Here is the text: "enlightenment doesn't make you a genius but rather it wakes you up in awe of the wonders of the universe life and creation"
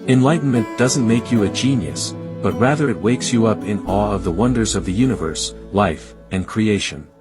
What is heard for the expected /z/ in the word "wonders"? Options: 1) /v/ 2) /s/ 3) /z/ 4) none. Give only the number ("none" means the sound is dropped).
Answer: 3